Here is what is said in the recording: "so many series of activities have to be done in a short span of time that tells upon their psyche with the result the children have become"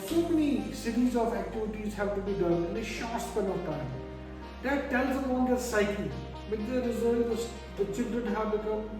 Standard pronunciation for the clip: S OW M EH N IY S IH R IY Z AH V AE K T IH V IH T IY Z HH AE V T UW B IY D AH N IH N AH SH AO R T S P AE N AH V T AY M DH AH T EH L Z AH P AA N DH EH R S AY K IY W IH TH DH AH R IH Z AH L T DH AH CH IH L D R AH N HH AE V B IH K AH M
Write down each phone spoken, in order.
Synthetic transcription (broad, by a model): S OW M EH N IY S IH R IY Z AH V AE K T IH V IH T IY Z HH AE V T UW B IY D AH N IH N AH SH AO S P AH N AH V T AY M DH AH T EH L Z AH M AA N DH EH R S AY K IY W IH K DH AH R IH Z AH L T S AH CH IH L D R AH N HH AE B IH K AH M